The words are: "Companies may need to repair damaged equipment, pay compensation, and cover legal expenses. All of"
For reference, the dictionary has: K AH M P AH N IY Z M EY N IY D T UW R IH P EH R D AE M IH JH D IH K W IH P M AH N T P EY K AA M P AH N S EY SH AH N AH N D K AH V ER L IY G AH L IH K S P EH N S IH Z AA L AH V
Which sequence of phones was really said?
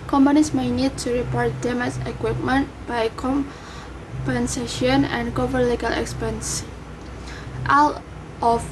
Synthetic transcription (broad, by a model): K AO M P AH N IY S M EY N IY D T UW R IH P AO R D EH M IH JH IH K W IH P M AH N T B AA K AA M P AH N S EY SH AH N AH N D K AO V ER L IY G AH L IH K S P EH N S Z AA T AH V